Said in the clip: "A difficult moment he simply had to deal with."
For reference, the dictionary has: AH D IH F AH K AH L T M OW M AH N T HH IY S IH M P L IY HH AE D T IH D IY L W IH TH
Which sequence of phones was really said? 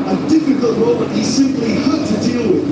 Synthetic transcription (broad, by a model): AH D IH F AH K AH L T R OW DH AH T HH IY S IH M P L IY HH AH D T IH D IY L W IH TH